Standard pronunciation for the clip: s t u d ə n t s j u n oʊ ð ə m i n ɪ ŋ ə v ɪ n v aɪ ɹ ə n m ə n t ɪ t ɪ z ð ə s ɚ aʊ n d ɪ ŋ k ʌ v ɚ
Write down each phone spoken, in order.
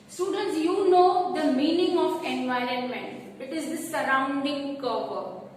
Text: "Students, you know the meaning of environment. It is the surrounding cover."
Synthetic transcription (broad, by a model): s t u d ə n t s j u n oʊ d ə m i n ɪ ŋ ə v ɪ n v aɪ ɹ ə n m ə n t ɪ t ɪ z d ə s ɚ aʊ n d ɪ ŋ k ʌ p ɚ